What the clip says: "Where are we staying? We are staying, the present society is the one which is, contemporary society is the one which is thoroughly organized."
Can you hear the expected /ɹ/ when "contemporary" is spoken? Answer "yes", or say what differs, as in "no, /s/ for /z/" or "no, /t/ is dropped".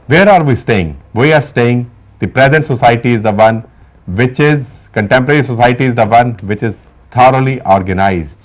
yes